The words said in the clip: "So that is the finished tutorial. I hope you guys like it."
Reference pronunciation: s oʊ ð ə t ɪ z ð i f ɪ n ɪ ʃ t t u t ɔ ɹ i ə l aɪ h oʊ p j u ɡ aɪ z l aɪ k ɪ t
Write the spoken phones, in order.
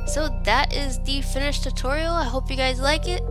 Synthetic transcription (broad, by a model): s oʊ ð ə t ɪ z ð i f ɪ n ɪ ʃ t t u t ɔ ɹ i l aɪ h oʊ p j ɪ ɡ aɪ z l aɪ k ɪ t